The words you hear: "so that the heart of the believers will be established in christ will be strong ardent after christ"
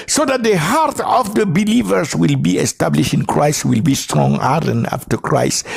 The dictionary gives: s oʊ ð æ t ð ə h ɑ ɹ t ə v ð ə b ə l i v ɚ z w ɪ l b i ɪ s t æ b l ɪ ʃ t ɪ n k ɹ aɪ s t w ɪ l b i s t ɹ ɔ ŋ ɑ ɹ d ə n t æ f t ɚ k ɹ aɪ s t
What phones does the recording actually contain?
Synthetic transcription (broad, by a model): s oʊ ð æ t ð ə h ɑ ɹ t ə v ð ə b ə l i v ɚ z w ɪ l b i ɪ s t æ b l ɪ ʃ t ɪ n k ɹ aɪ s t w ɪ l b i s t ɹ ɔ ŋ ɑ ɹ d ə n ɑ f t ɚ k ɹ aɪ s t